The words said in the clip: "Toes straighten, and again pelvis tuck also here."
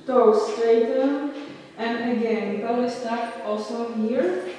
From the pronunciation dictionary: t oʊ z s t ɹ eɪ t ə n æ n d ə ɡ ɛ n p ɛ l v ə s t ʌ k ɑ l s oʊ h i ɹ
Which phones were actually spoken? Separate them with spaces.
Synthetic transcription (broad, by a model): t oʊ s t eɪ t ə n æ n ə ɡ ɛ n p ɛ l ə s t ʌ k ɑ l s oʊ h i ɹ